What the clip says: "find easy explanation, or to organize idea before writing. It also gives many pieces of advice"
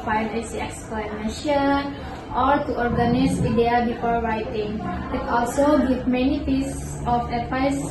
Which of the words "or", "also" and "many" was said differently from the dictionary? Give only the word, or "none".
none